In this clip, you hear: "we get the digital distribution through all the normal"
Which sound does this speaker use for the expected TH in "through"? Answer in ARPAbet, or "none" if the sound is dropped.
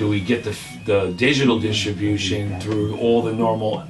TH